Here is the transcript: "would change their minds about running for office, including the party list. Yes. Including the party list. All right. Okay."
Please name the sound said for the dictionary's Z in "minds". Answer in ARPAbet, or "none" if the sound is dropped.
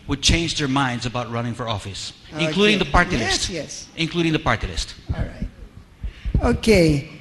Z